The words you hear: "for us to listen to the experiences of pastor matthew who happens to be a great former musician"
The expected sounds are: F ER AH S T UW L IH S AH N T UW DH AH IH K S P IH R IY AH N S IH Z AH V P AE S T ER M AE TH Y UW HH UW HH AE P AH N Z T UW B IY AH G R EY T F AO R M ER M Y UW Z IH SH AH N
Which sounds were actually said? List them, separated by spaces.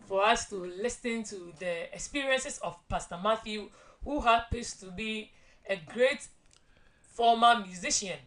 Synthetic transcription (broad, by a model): F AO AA S T UW L IH S AH N T UW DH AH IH K S P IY R IY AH N S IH S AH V P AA S T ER M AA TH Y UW HH UW HH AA P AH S T UW B IY AH G R EY T F AO M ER M Y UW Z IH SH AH N